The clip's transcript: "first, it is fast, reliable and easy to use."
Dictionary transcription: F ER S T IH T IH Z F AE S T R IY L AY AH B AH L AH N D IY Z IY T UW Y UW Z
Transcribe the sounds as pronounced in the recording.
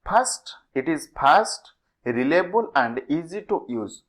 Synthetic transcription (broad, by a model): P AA S T IH T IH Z P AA S T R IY L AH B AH L AH N D IY Z IY T UW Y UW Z